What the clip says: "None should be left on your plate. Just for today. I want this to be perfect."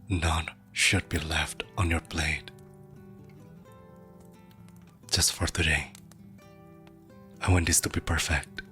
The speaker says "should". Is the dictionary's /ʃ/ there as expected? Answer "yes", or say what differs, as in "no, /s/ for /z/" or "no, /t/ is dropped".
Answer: yes